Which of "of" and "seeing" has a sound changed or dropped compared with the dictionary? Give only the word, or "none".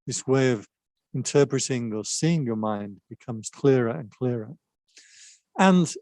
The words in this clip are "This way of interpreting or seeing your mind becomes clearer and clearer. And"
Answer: none